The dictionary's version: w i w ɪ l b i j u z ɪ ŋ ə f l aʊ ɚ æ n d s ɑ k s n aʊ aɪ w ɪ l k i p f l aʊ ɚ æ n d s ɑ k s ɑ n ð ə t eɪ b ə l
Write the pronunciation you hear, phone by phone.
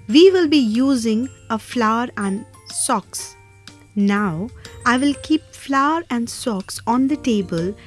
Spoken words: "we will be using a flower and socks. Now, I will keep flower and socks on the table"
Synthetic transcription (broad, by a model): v i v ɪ l b i j u z ɪ ŋ ə f l aʊ ɚ æ n d s ɑ k s n aʊ aɪ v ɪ l k i p f l aʊ ɚ æ n d s ɑ k s ɑ n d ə t eɪ b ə l